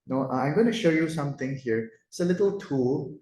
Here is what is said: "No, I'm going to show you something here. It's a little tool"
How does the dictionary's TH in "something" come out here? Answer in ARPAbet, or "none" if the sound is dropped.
T